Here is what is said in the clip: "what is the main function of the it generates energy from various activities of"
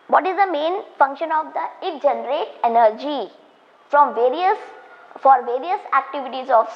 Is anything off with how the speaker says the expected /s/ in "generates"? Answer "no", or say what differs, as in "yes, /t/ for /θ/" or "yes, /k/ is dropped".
yes, /s/ is dropped